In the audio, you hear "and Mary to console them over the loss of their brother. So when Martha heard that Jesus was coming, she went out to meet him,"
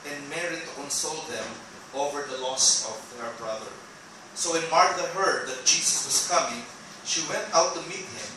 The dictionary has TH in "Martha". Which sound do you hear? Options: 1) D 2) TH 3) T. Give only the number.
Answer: 3